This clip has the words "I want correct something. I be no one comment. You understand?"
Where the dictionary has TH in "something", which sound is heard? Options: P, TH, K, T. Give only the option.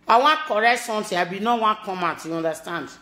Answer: T